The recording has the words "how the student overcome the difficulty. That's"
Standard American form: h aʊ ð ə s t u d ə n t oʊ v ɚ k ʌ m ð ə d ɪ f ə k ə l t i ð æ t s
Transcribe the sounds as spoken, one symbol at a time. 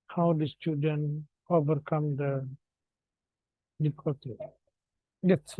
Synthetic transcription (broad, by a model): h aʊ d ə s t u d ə n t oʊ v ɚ k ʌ m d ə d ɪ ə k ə t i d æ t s